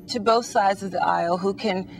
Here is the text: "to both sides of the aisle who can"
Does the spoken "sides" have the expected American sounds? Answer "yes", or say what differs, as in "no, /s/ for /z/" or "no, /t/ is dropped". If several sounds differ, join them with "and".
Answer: yes